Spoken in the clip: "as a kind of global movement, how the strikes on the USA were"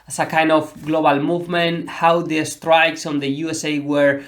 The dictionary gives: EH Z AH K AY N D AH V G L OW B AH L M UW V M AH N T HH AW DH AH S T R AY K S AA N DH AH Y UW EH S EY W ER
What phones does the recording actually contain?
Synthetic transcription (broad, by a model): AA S AH K AY N D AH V G L OW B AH L M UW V M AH N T HH AW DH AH S T R AY K S AA N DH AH Y UW EH S EY W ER